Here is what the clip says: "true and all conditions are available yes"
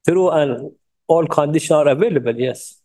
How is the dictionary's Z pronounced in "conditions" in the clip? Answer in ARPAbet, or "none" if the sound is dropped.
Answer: none